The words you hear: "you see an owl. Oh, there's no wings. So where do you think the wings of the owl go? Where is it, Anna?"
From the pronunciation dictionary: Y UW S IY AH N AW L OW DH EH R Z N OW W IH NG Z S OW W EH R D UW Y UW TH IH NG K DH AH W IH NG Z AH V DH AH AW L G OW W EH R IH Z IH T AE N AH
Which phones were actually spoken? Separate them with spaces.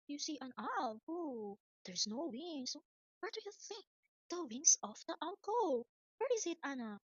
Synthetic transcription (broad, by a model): Y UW S IY AH N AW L OW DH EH R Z N OW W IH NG S OW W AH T D UW Y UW TH IH NG K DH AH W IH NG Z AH F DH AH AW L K OW W EH R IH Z IH T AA N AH